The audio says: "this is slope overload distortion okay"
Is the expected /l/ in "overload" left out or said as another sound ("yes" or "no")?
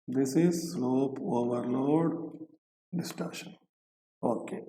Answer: no